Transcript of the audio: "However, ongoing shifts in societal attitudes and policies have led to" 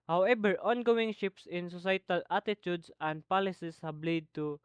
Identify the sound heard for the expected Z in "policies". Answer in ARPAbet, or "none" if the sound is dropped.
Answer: S